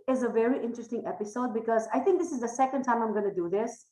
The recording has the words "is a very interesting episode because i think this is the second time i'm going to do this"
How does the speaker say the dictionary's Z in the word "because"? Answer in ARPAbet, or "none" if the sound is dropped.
Z